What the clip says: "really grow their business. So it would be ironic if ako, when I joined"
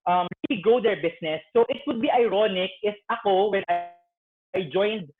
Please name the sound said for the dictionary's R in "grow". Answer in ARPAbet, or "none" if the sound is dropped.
none